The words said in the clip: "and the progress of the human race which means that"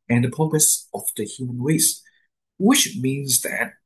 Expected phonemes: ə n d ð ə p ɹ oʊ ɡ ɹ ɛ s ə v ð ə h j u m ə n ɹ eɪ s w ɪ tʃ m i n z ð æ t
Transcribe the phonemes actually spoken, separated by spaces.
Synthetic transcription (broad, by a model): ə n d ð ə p oʊ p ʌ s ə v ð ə h j u m ə n ɹ eɪ s w ɪ tʃ m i n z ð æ t